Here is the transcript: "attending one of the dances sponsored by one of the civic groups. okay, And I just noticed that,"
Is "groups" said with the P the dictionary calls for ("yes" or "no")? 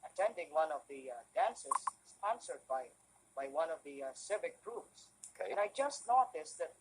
no